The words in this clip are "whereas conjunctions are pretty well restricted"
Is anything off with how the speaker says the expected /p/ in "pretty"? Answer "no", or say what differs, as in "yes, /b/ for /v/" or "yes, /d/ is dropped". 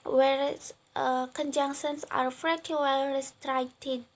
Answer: yes, /f/ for /p/